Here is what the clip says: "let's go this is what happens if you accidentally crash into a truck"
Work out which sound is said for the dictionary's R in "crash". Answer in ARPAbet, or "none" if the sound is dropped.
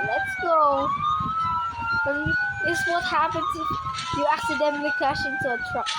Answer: W